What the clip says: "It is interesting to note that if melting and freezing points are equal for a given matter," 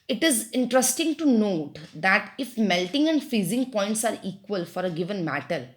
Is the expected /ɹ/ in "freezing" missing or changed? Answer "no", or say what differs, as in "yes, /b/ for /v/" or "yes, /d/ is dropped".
yes, /ɹ/ is dropped